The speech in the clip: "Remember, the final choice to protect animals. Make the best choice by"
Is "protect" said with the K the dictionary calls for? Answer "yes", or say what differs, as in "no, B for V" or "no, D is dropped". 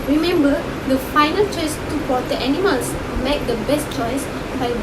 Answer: no, K is dropped